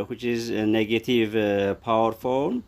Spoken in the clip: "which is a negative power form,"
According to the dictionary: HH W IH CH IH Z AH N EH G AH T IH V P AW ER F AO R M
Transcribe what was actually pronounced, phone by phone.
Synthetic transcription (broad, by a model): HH W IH CH IH Z AH N EH G AH T IH V P AW ER F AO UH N